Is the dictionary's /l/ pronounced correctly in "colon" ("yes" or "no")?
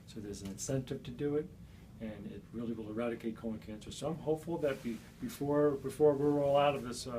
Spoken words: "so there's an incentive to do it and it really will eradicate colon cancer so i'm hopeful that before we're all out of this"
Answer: no